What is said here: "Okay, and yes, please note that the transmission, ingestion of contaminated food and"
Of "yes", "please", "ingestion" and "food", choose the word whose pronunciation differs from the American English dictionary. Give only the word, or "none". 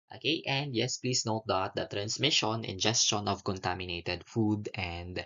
please